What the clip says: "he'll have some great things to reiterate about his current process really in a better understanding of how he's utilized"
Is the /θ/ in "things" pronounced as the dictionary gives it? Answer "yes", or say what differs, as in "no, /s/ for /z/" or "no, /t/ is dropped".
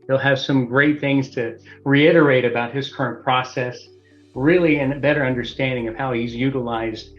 yes